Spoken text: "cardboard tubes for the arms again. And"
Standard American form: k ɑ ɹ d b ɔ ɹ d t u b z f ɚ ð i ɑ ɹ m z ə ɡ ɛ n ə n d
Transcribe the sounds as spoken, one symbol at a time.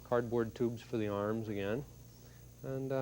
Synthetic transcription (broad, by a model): k ɑ ɹ d b ɔ ɹ d t u b z f ɚ ð i ɑ ɹ m z ə ɡ ɛ n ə n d